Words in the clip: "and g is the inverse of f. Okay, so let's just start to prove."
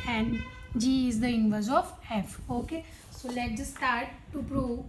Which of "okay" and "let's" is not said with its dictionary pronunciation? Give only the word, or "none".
let's